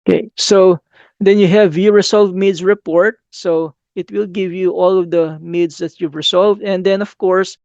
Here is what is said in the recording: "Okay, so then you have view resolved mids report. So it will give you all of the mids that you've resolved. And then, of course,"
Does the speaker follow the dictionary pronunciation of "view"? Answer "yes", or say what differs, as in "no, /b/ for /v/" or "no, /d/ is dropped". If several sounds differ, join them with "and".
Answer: yes